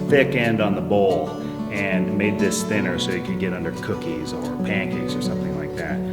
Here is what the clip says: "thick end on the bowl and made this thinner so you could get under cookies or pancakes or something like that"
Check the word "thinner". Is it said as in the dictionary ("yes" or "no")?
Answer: yes